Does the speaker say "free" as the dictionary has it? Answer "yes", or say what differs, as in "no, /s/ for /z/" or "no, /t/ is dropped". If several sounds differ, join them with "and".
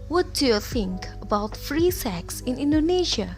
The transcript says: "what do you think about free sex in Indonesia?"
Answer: yes